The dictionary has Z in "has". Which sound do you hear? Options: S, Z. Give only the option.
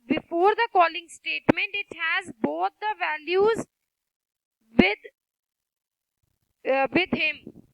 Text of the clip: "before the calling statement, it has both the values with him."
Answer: Z